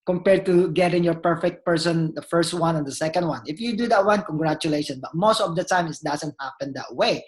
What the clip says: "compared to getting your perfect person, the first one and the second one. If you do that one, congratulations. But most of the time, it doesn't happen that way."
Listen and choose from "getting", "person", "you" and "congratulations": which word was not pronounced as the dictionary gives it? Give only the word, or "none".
congratulations